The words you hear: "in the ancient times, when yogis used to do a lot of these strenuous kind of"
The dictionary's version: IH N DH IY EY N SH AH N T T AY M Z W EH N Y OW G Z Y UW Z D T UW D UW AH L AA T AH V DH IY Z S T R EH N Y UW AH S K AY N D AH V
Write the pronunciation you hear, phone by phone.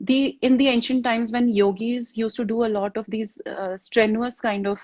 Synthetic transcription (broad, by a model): IH N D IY EY N SH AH N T T AY M Z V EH N Y OW G Z Y UW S T UW D UW AH L AA T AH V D IY Z S T R EH N Y UW AH S K AY N D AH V